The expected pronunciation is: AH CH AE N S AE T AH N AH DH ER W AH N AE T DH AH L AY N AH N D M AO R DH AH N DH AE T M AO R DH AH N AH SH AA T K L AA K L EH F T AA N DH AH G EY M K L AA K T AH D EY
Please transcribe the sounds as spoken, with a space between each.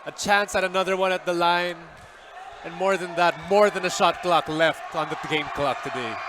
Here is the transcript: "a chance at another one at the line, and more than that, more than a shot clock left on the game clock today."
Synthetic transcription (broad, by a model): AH CH AE N S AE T AH N AH DH ER W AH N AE T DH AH L AY N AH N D M AO R DH AH N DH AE T M AO R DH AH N AH SH AA T K L AA K L EH F T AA N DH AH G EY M K L AA K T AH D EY